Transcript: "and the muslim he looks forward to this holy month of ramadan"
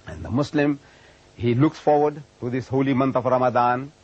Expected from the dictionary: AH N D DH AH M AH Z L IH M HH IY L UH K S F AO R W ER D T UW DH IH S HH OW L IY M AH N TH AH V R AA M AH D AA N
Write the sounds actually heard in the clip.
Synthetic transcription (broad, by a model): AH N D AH M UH S L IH M HH IY L UH K S F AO R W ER D T UW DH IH S HH OW L IY M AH N T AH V R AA M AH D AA N